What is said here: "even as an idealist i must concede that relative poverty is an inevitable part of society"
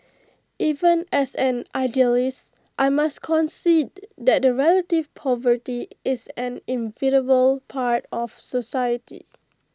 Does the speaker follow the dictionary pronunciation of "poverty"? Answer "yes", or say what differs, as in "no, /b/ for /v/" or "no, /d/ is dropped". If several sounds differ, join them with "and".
yes